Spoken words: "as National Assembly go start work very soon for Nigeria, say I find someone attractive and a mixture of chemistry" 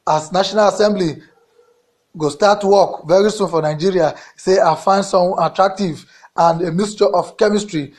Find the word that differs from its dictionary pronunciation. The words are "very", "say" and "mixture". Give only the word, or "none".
mixture